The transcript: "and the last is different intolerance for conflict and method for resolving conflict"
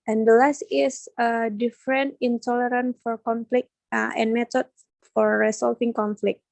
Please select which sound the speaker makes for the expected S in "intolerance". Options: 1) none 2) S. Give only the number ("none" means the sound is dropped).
1